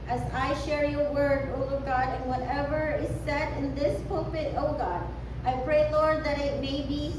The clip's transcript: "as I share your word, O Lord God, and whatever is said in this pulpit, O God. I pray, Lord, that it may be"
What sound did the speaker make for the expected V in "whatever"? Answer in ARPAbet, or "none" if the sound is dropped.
V